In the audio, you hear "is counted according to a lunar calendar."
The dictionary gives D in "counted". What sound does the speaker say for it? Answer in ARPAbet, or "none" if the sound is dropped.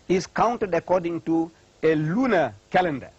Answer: D